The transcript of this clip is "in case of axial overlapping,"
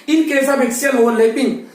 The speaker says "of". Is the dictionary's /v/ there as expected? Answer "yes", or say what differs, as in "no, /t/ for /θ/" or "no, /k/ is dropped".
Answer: no, /b/ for /v/